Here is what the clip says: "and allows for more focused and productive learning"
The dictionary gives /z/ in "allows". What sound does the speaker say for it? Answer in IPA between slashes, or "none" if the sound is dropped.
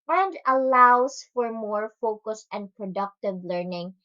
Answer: /s/